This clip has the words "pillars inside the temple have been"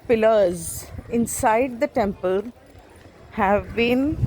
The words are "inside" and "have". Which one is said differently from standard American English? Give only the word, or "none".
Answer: none